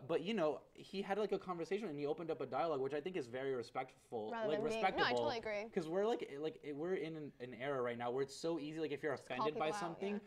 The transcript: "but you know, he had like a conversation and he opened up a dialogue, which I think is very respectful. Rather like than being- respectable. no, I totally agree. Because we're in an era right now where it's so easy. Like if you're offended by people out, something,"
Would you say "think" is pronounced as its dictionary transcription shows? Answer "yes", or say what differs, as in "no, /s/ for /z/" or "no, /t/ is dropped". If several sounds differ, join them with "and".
yes